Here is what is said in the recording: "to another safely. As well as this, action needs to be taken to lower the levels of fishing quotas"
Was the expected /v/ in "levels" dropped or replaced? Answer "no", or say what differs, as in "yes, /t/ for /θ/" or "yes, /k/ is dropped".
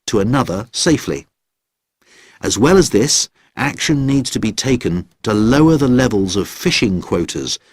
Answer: no